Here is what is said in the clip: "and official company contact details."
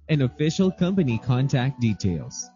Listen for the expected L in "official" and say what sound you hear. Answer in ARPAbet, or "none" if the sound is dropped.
L